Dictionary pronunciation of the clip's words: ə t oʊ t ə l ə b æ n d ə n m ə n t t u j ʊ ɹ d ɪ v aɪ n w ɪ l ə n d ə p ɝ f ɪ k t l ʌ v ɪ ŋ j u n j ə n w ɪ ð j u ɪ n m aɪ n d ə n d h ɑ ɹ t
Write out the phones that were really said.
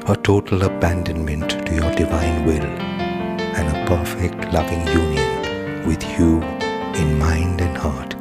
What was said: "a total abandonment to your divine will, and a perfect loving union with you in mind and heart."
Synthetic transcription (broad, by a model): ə t oʊ t l ə b æ n d ə n m ə n t t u j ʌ ɹ d ɪ v aɪ n w ɪ l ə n ə p ɝ f ɪ k t l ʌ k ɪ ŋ j u n j ə n w ɪ ð j u ɪ n m aɪ n d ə n h ɑ ɹ t